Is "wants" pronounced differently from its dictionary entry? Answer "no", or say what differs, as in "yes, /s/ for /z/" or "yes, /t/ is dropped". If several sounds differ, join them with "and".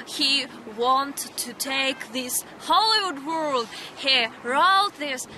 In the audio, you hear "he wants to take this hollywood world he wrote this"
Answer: yes, /s/ is dropped